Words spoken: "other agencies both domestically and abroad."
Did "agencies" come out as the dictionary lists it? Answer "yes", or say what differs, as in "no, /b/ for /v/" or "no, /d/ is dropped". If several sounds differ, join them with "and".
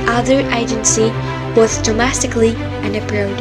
no, /z/ is dropped